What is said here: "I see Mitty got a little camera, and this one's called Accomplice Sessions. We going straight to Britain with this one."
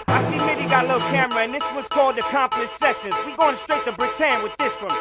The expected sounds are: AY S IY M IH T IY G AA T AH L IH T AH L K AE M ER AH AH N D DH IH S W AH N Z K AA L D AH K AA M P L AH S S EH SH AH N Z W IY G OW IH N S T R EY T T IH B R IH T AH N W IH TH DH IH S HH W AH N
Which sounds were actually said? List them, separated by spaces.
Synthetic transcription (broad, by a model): AY S IY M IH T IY G AA T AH L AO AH K AE M ER AH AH N DH IH S W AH Z K AA L D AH K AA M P L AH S S EH SH AH N Z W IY G OW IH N S T R EY T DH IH B R IH T AH N W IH DH IH S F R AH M